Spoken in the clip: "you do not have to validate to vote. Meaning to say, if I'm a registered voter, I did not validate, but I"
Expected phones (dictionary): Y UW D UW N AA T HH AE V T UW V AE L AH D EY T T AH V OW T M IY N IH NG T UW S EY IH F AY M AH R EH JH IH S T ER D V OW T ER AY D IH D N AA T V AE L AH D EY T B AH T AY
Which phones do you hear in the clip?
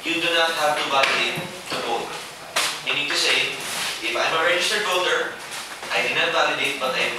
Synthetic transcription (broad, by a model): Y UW D UW N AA T HH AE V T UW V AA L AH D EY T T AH B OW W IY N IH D T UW S EY IH F AY M AH R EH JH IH S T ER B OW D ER AY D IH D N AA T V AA L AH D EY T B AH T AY